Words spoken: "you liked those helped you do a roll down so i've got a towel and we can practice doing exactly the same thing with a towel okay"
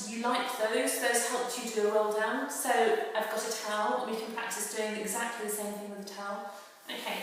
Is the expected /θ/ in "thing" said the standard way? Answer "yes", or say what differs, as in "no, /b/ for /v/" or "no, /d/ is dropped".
yes